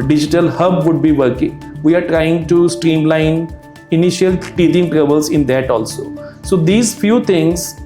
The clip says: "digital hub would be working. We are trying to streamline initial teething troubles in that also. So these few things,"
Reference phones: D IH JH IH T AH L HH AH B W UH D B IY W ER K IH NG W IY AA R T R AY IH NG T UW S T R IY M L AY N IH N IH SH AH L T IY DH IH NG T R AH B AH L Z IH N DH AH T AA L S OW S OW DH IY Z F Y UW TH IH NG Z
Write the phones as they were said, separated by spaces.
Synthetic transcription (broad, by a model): D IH JH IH T AH L HH AH B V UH D B IY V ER K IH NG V IY AA R T R AY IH NG T UW S T R IY M L AY N IH N IH SH AH L T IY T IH NG T R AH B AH L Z IH N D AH T AA L S OW S OW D IY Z F Y UW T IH NG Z